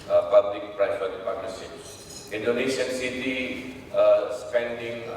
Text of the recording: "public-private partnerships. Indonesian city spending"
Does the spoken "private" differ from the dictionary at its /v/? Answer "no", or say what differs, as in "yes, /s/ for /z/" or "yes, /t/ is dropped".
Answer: yes, /f/ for /v/